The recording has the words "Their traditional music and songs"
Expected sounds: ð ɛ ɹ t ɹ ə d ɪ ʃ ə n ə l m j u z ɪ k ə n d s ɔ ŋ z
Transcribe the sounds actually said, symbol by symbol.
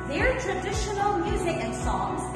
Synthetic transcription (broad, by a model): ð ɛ ɹ t ɹ ə d ɪ ʃ ə n ə l m j u z ɪ k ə n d s ɔ ŋ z